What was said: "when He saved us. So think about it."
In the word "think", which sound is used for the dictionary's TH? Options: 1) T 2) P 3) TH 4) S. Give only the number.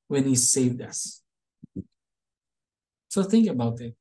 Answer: 3